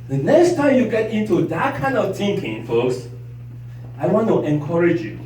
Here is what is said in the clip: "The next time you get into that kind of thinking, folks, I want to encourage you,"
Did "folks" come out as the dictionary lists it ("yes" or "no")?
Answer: yes